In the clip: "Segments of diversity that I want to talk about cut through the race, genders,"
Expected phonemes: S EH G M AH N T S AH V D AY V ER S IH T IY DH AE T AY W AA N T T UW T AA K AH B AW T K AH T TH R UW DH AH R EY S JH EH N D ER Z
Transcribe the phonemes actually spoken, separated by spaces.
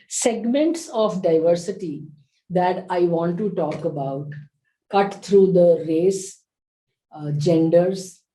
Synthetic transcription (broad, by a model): S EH G M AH N T S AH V D AY V ER S IH T IY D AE T AY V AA N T T UW T AA K AH B AW T K AH T T R UW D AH R EY S JH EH N D ER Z